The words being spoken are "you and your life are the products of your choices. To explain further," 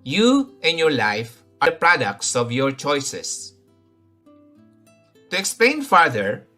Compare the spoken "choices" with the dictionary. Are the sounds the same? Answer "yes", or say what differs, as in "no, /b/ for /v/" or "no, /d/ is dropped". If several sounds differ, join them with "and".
no, /s/ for /z/